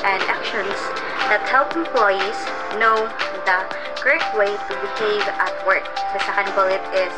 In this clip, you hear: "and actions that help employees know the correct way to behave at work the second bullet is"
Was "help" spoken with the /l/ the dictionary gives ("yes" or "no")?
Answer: yes